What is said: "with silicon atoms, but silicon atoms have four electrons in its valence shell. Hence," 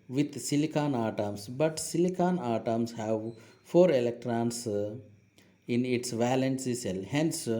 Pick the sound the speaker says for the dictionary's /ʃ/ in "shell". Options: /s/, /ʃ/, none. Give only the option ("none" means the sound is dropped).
/s/